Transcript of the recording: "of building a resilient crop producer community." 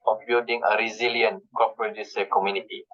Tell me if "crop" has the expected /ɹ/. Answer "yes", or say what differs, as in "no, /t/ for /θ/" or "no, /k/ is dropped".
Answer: no, /ɹ/ is dropped